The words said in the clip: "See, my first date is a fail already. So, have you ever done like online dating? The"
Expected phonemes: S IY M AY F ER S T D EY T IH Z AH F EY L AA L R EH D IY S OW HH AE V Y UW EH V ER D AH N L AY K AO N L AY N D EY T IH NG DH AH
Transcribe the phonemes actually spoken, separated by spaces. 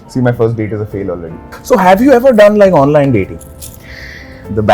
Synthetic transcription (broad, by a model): S IY M AY F ER S T D EY T IH Z AH F EY L AA L R EH D IY S OW HH AE V Y UW EH V ER D AH N L AY K AO N L AY N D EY T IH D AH